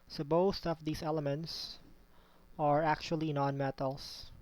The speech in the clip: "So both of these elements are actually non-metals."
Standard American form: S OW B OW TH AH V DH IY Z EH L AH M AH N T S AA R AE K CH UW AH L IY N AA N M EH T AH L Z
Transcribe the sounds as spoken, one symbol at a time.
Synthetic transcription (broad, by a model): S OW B OW T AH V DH IY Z EH L AH M AH N T S AA R AE K CH UW AH L IY N AA N M EH T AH L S